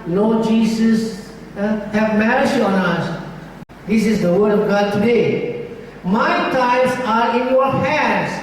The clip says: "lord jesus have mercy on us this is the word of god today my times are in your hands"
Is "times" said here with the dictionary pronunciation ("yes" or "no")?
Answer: no